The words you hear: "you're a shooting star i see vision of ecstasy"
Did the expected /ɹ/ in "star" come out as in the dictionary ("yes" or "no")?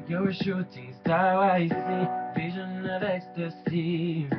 no